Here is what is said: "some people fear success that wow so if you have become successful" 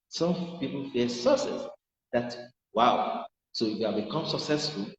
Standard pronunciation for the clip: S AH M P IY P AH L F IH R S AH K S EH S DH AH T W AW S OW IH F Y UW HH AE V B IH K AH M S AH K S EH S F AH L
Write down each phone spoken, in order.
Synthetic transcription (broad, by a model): S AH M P IY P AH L F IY S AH S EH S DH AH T W AW S OW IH B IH K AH M S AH K S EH S F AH L